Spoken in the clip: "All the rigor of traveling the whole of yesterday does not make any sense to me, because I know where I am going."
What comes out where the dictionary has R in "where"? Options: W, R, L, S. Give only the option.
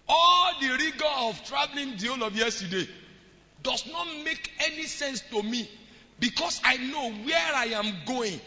R